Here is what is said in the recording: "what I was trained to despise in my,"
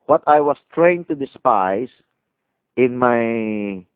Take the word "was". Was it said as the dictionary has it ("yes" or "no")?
no